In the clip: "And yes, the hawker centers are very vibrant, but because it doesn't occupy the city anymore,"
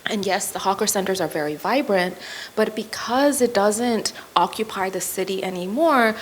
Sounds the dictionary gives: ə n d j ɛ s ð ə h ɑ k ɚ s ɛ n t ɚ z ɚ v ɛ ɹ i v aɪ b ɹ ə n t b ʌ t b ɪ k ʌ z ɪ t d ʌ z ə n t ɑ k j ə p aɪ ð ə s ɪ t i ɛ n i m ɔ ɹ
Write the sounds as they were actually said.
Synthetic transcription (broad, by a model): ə n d j ɛ s ð ə h ɑ k ɚ s ɛ n t ɚ z ɚ v ɛ ɹ i v aɪ b ɹ ə n t b ʌ t b ɪ k ʌ z ɪ t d ʌ z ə n t ɑ k j ə p aɪ ð ə s ɪ t i ɛ n i m ɔ ɹ